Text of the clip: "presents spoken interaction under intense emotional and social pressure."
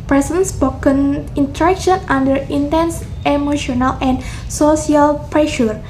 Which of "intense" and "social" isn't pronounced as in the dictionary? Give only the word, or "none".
social